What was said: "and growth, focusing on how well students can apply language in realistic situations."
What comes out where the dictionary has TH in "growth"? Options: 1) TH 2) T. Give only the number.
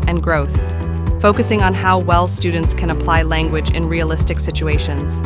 1